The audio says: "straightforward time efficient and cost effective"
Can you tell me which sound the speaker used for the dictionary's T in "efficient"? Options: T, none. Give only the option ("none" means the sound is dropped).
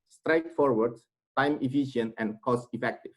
none